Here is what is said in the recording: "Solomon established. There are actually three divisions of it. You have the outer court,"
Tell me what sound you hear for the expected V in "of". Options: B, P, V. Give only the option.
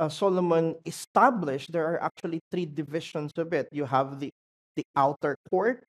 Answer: B